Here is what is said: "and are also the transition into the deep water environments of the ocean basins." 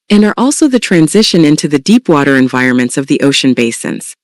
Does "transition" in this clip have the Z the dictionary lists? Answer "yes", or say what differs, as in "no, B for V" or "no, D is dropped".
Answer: yes